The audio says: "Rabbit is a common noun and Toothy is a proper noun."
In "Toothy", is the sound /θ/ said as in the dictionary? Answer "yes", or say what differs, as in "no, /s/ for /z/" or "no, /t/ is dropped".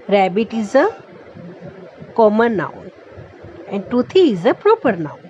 no, /t/ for /θ/